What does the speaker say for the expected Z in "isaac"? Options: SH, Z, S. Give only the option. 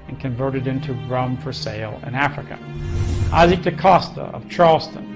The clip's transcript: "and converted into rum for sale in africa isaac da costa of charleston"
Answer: Z